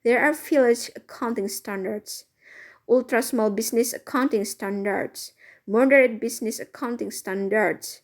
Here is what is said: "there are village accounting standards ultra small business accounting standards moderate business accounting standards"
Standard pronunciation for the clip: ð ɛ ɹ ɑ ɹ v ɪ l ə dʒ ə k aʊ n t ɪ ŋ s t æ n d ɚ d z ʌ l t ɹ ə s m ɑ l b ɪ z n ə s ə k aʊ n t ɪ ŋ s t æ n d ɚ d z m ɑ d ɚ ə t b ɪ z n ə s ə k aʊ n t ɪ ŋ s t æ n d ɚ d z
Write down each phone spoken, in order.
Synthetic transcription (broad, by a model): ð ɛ ɹ ɑ ɹ f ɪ l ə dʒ ə k aʊ n t ɪ ŋ s t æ n d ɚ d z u l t ɹ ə s m ɑ l b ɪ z n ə s ə k aʊ n t ɪ ŋ s t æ n d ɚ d s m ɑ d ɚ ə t b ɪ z n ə s ə k aʊ n t ɪ ŋ s t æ n d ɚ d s